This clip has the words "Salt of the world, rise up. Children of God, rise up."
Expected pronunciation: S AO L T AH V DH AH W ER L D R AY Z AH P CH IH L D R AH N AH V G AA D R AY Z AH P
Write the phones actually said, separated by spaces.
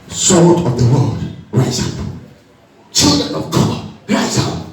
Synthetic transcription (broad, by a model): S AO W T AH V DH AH W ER L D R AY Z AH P CH IH L D R AH N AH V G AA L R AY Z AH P